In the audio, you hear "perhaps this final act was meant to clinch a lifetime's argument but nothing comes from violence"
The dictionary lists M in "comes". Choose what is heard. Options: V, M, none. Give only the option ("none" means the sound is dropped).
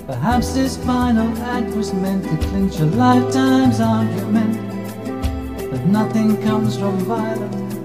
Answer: M